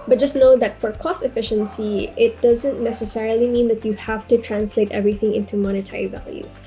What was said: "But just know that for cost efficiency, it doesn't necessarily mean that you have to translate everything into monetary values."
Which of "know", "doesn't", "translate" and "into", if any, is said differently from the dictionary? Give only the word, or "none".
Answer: none